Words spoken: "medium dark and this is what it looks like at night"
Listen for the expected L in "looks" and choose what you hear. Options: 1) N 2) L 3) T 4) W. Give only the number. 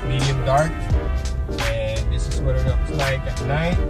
1